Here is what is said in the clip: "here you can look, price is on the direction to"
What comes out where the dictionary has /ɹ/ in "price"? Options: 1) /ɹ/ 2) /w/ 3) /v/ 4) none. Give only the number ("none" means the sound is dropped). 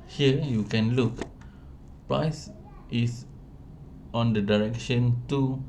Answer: 1